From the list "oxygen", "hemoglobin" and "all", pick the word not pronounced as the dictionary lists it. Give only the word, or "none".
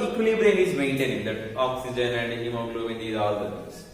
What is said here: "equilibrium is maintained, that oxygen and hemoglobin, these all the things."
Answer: hemoglobin